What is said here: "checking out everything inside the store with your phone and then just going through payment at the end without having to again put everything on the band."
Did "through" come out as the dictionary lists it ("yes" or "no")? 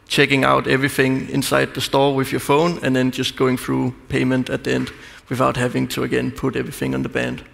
yes